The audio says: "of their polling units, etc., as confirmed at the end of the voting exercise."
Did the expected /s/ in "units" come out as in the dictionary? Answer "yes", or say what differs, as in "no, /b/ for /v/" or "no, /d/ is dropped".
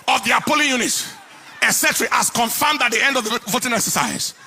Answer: no, /s/ is dropped